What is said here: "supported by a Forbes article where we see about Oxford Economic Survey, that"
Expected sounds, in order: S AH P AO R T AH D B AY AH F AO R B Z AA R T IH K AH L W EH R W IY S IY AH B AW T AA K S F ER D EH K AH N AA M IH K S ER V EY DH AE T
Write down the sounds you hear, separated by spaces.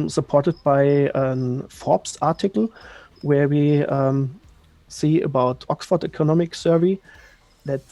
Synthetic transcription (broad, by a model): S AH P AO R T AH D B AY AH F AO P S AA R T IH K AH L W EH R W IY S IY AH B AW T AA K S F ER D EH K AH N AA M IH K S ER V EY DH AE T